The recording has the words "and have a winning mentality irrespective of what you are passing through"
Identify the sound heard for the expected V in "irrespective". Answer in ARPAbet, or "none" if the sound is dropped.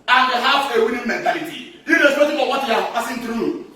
F